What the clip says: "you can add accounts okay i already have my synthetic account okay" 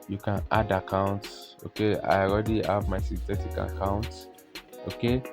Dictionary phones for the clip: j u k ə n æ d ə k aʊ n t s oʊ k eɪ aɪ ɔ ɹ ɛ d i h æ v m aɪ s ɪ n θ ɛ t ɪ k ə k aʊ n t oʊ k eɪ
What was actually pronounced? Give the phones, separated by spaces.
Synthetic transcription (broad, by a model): j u k ə n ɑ d ə k aʊ n t s oʊ k eɪ aɪ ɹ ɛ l i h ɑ v m aɪ s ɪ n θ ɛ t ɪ k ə k aʊ n t oʊ k eɪ